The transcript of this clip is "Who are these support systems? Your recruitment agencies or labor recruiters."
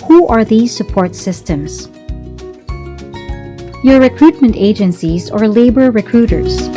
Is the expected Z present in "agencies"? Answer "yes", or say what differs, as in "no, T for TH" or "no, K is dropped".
yes